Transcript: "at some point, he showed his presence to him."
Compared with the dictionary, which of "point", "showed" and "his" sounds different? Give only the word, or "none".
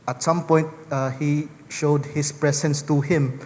his